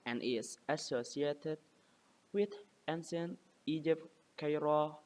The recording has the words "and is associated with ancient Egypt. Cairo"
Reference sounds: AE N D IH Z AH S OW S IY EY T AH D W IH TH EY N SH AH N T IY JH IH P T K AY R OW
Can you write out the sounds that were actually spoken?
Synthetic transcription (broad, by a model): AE N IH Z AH S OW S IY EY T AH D W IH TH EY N S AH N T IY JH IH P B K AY R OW